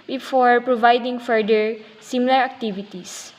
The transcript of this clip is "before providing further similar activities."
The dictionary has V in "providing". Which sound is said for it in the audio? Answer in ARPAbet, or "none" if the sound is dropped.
V